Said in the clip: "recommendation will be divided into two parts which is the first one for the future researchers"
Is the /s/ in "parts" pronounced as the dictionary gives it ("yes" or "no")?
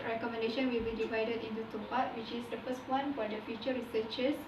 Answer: no